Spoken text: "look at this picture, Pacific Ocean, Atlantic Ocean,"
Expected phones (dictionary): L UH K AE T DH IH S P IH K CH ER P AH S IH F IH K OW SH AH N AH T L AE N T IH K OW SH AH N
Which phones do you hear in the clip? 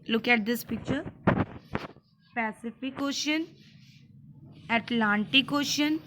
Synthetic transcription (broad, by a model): L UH K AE T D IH S P IH K CH ER P AH S IH F IH K OW SH AH N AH T L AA N T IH K OW SH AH N